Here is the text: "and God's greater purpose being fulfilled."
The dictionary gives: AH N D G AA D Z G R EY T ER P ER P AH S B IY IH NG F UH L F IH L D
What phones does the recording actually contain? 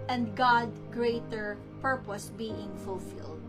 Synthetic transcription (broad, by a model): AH N D G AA D G R EY T ER P ER P AH S B IY IH NG F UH L F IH L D